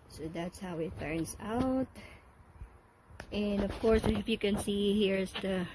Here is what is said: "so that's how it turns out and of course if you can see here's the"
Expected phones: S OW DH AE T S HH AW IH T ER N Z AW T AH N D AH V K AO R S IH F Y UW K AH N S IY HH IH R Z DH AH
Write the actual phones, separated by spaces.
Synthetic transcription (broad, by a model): S OW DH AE T S HH AW IH T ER N S AW T AH N D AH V K AO R S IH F Y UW K AH N S IY HH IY R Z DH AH